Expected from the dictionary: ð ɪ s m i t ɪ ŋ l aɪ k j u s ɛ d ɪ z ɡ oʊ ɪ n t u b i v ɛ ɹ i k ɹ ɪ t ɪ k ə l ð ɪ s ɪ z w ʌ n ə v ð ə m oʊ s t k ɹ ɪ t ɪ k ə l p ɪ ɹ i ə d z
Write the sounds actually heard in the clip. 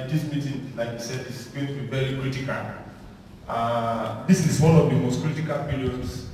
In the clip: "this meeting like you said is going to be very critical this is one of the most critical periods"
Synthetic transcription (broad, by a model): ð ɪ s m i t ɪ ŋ l aɪ k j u s ɛ d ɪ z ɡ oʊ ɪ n t u b i v ɛ ɹ i k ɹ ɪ t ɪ k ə l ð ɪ s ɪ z w ʌ n ə v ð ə m oʊ s t k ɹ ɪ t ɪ k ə l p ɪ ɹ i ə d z